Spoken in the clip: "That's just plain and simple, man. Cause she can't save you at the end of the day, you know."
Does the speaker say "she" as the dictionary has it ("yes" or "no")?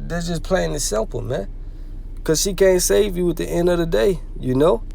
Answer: yes